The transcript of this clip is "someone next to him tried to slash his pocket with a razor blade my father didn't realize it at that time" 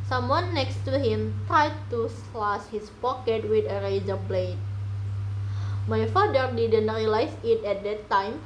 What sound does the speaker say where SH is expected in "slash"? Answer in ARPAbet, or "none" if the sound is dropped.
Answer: S